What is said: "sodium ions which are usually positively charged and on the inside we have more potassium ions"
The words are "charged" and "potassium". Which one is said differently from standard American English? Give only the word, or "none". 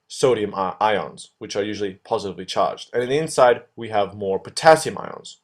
none